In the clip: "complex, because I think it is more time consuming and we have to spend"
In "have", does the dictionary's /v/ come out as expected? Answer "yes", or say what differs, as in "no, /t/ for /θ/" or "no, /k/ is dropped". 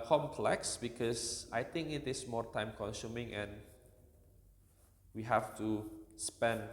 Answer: no, /f/ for /v/